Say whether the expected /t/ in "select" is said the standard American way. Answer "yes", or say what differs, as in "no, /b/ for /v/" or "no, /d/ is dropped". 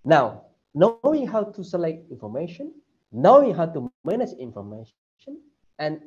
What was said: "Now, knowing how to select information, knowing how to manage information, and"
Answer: yes